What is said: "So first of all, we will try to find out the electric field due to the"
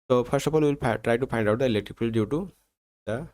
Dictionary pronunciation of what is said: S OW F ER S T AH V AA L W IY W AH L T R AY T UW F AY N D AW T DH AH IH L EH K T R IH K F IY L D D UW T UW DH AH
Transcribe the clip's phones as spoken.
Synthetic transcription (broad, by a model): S OW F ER S T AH P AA N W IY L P T R AY T UW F AY N D AW T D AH IH L EH K T R IH K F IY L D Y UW T UW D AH